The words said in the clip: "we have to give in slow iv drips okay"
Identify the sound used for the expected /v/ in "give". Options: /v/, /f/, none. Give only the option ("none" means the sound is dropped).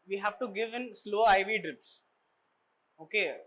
/v/